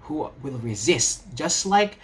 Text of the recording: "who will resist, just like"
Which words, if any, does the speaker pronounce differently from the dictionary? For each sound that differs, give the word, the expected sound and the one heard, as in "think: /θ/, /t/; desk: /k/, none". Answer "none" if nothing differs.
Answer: none